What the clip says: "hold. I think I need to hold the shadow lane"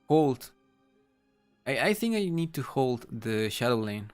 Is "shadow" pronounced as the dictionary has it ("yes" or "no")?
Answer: yes